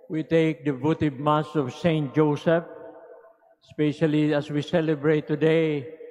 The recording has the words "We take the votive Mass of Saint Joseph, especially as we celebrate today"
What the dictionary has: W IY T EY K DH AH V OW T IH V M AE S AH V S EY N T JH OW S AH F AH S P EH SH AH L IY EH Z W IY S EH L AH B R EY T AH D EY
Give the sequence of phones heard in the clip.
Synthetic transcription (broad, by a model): W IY T EY K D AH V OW T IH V M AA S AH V S EY N T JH OW S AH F AH S P EH SH AH L IY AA S W IY S EH L AH B R EY T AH D EY